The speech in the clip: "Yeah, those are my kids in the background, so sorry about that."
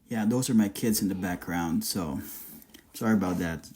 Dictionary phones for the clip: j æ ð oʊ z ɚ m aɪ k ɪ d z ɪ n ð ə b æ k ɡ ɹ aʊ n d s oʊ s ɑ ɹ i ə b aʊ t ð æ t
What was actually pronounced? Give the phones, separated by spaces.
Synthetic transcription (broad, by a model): j æ ð oʊ z ɚ m aɪ k ɪ d z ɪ n ð ə b æ k ɡ ɹ aʊ n d s oʊ s ɑ ɹ i ə b aʊ t ð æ t